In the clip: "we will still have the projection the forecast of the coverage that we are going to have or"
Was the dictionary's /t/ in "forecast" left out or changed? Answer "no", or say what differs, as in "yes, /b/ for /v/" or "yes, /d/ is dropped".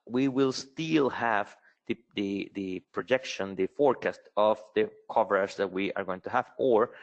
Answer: no